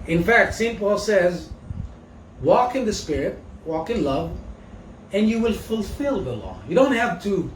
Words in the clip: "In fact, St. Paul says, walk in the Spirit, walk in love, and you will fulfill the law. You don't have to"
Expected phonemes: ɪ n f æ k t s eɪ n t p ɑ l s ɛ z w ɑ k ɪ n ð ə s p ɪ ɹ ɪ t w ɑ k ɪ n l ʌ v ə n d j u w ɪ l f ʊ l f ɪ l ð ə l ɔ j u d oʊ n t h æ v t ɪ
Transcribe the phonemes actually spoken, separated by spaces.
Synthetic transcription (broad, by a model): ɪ n f æ k t s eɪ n p ɑ l s ɛ z w ɑ k ɪ n ð ə s p ɪ ɹ ɪ t w ɑ k ɪ n l ʌ v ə n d j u w ɪ l f ʊ l f ɪ l ð ə l ɔ j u d oʊ n t h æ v t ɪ